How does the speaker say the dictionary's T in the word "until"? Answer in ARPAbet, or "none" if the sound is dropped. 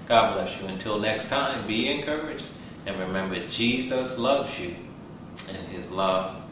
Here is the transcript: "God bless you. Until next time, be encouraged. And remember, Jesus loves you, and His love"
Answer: T